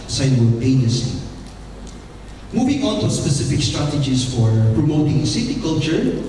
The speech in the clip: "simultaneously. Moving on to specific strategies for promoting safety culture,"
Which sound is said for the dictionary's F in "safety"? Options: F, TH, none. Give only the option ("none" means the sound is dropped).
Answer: none